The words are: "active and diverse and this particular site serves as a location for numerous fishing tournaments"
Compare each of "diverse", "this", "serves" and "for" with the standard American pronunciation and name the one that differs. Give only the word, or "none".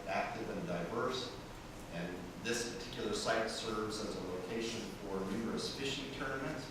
none